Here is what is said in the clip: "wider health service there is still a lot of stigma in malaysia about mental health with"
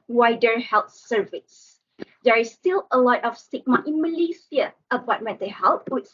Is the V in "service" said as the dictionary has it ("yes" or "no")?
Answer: yes